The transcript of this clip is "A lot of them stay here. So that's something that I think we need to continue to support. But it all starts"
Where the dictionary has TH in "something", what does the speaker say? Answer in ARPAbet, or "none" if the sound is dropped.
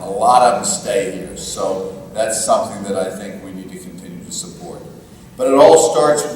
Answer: TH